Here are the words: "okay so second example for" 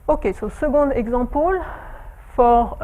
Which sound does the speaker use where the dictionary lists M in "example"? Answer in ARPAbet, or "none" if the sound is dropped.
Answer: none